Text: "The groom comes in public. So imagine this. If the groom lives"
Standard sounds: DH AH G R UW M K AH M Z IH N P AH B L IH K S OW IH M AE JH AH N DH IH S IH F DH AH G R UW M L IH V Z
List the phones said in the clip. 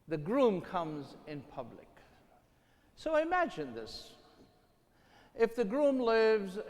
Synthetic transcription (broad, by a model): DH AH G R UW M K AH M Z IH N P AH B L IH K S OW IH M AE JH AH N DH IH S IH F DH AH G R UW M L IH V Z